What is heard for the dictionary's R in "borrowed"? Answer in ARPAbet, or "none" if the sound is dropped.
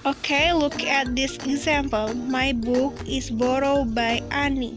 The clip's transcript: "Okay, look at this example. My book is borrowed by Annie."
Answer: R